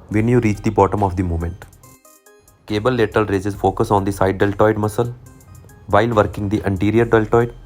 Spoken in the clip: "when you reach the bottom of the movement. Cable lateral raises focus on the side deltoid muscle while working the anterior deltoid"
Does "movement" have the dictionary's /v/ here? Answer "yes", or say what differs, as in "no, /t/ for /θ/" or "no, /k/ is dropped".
no, /v/ is dropped